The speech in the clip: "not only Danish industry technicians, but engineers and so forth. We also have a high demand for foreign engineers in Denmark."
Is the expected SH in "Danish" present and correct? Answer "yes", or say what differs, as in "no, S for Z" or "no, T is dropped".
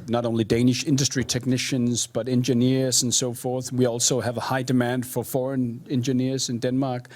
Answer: yes